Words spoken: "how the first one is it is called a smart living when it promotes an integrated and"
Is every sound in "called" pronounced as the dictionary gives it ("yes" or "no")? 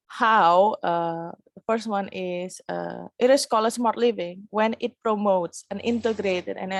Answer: no